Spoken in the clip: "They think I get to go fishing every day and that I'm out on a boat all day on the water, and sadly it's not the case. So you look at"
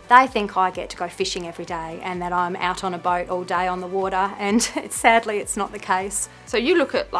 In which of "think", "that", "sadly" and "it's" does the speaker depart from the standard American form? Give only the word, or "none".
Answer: none